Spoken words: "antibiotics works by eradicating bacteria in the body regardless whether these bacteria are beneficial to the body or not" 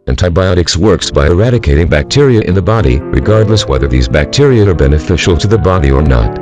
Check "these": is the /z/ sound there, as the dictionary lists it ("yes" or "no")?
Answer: yes